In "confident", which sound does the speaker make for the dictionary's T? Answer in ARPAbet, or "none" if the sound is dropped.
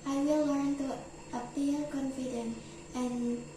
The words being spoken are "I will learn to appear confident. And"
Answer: none